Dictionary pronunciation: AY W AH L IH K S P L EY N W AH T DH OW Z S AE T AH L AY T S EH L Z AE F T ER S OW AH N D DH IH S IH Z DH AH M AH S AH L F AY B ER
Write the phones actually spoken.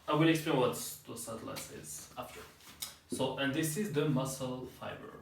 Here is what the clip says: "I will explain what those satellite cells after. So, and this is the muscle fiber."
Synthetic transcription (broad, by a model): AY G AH N IH K S P L EY N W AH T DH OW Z S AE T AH L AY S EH Z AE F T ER S OW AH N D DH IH S IH Z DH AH M AH S AH L F AY B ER